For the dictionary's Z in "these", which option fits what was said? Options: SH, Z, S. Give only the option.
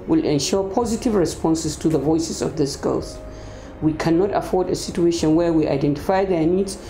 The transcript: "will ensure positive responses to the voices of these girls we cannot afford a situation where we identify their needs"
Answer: S